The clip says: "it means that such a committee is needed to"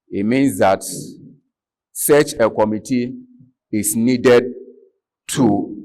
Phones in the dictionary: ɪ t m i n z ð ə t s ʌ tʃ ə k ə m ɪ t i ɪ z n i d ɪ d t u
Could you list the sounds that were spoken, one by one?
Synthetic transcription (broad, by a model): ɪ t m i n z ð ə t s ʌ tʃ ə k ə m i t i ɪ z n i d ɪ d t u